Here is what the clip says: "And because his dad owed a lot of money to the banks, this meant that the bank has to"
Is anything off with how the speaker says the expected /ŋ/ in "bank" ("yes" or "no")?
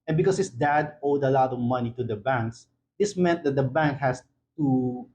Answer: no